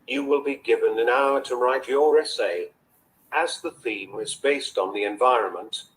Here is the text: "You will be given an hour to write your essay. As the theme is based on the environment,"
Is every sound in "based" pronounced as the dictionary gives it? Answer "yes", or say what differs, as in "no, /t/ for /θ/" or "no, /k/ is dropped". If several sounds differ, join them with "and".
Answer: yes